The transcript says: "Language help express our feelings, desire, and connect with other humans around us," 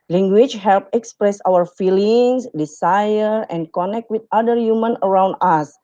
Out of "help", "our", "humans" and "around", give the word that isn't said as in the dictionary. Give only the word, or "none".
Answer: humans